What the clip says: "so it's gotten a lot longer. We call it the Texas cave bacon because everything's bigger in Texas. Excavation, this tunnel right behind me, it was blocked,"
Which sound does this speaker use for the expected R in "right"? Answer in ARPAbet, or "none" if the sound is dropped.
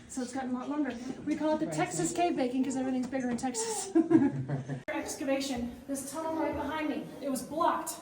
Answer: L